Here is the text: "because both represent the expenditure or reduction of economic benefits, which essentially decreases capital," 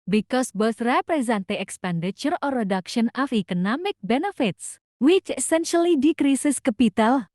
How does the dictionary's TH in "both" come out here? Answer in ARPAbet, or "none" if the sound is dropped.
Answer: S